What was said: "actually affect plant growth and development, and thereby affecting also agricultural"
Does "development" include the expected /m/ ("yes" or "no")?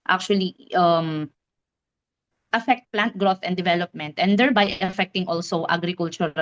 yes